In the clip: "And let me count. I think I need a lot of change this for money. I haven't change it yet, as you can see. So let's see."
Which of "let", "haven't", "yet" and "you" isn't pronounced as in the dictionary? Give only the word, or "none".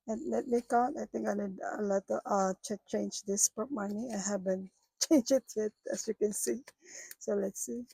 haven't